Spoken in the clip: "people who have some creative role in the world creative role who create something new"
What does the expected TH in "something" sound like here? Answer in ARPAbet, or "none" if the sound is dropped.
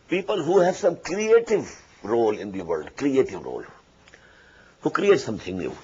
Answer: T